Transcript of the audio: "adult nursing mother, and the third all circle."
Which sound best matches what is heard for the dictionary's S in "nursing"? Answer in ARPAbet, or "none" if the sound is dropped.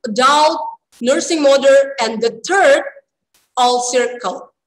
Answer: S